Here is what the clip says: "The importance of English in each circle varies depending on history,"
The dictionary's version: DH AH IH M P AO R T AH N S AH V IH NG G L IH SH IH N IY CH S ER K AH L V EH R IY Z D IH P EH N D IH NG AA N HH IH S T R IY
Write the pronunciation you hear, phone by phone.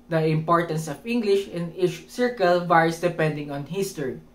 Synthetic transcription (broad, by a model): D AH IH M P AO R T AH N S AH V IH NG G L IH SH IH N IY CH S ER K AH L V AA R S D IH P EH N D IH NG AA N HH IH S T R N